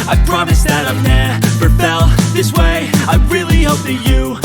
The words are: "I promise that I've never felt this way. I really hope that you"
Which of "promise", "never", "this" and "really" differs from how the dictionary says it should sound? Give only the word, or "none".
never